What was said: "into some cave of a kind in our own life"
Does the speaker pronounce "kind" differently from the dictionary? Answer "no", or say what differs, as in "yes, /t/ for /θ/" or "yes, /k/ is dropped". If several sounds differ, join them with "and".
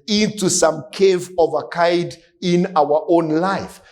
yes, /n/ is dropped